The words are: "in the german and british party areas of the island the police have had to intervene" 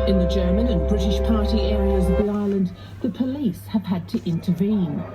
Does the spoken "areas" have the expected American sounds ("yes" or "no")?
yes